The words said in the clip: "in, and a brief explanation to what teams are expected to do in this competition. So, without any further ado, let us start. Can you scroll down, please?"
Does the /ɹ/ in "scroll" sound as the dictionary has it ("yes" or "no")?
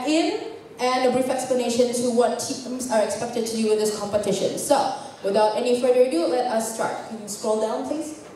yes